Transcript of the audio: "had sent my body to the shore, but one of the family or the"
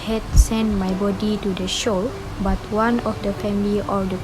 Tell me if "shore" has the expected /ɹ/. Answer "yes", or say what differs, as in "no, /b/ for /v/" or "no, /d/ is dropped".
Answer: no, /l/ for /ɹ/